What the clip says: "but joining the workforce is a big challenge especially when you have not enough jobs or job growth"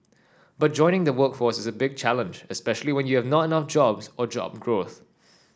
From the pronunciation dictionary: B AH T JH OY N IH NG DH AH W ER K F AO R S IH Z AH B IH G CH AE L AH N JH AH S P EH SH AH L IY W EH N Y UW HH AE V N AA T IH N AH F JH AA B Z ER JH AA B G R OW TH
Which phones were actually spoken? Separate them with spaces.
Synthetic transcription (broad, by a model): B AH T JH OY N IH NG DH AH W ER K F AO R S IH Z AH B IH G CH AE L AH N JH AH S P EH SH AH L IY W EH N Y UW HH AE V N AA T IH N AH F JH AA B Z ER JH AA B G R OW TH